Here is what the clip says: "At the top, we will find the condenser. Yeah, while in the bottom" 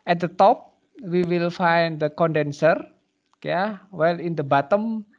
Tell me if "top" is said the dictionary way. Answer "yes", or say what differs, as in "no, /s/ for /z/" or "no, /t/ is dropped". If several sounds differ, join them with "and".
yes